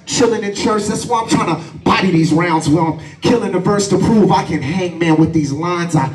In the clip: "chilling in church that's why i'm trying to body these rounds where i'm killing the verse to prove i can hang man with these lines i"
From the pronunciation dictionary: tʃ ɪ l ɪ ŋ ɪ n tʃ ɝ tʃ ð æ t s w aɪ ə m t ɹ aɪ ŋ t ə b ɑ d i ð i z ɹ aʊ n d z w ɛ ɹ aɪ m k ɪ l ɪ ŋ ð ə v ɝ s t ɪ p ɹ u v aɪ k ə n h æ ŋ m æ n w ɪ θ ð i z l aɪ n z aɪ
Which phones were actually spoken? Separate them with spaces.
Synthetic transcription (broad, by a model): tʃ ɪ l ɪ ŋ ɪ n tʃ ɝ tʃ ð æ t s w aɪ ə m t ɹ aɪ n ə b ɑ d i ð i z ɹ aʊ n d z w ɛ l aɪ m k ɪ l ɪ ŋ ð ə v ɝ s t ɪ p ɹ u v aɪ k ə n h æ ŋ m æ n w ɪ ð i z l aɪ n z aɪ